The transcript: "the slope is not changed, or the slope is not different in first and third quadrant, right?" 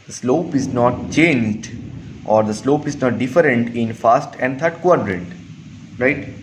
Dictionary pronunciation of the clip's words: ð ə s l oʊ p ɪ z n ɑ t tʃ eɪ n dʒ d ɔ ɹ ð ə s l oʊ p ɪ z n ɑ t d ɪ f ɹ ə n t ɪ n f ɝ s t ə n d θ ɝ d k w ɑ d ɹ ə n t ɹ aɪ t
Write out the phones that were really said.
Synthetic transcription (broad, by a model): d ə s l oʊ p ɪ z n ɑ t tʃ eɪ n dʒ d ɔ ɹ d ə s l oʊ p ɪ z n ɑ t d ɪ f ɹ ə n t ɪ n f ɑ s t ə n d t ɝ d k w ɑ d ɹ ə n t ɹ aɪ t